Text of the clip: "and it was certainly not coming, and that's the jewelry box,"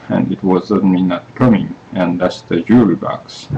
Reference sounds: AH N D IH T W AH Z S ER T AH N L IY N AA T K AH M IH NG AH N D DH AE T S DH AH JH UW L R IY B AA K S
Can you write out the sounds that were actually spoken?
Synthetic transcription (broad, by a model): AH N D IH T W AH Z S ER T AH N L IY N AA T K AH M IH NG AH N DH AE T S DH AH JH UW R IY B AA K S